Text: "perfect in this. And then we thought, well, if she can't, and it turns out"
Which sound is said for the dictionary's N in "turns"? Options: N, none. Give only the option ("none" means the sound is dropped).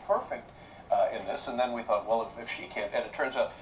none